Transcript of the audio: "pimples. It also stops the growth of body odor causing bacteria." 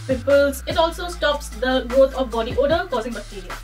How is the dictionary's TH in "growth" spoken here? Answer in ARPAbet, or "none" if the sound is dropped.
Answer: T